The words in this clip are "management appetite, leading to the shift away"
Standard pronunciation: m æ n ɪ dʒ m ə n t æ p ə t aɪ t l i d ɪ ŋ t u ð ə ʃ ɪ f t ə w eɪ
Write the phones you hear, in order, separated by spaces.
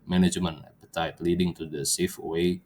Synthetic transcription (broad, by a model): m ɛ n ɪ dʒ m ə n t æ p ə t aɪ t l i d ɪ ŋ t u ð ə s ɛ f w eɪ